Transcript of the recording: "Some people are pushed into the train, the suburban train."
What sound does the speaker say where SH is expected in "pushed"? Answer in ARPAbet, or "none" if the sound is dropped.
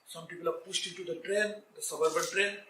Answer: S